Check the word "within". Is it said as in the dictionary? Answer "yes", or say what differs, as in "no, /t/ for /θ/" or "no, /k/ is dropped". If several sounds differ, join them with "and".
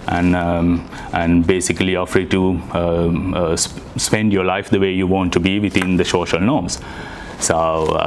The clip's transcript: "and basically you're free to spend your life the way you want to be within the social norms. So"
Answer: no, /t/ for /θ/